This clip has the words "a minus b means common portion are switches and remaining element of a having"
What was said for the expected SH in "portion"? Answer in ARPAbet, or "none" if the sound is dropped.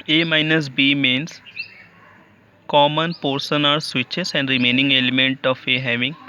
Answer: S